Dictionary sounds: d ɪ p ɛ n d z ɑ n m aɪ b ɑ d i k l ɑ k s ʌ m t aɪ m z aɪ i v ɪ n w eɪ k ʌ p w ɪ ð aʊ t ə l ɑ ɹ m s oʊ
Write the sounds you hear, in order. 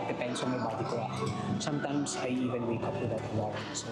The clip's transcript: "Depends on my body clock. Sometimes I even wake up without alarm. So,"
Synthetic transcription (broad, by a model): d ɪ p ɛ n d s ɑ n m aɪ b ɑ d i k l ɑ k s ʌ m t aɪ m s aɪ i v ɪ n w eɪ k ʌ p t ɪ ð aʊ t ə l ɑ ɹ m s